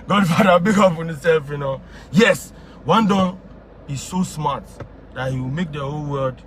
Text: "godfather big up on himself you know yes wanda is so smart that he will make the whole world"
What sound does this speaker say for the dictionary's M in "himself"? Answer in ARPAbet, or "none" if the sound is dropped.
none